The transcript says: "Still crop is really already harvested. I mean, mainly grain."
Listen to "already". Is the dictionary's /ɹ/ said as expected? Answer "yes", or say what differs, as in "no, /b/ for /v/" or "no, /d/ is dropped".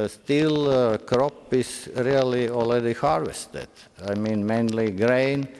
no, /l/ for /ɹ/